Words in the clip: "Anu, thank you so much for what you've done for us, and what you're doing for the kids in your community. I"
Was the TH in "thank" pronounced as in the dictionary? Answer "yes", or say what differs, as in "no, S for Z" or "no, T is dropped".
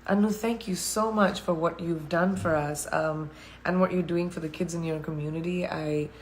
yes